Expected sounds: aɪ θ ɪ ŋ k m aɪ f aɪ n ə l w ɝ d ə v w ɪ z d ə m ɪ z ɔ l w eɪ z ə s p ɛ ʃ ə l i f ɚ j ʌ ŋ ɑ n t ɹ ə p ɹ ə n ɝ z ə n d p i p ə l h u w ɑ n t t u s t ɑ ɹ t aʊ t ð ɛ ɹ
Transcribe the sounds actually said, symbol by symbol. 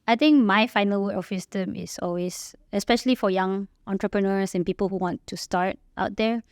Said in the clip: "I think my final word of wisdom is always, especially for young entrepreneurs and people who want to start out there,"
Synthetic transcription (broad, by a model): aɪ t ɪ ŋ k m aɪ f aɪ n ə l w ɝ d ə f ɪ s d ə m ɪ s ɔ l w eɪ s ə s p ɛ ʃ ə l i f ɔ j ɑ ŋ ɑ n t ɹ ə p ɹ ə n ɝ s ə n p i p ə l h u w ɑ n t t u s t ɑ ɹ t aʊ t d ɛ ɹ